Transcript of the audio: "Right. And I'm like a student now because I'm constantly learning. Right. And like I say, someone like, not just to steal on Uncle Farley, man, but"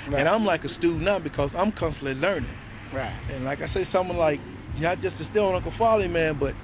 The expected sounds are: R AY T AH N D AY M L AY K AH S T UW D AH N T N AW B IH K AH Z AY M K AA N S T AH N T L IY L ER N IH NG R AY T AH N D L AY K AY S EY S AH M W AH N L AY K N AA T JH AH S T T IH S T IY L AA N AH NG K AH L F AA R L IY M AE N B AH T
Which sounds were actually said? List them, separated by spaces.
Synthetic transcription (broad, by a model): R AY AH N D AY M L AY K AH S T UW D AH T B IH K AH Z AY M K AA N S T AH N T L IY L ER N IH NG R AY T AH N L AY K AY S EY S AH M W AH N L AY K N AA T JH AH S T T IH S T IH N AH K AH F AA L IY M AE N B AH T